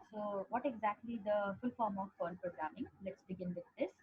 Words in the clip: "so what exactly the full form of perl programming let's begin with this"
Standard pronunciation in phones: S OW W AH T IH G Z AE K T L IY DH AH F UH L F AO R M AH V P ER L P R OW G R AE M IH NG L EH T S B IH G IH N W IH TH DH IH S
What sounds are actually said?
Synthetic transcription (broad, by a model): S OW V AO T IH G Z AE K T L IY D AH F UH L F AO R M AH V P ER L P R OW G R AE M IH NG L EH T S B IH G IH N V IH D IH S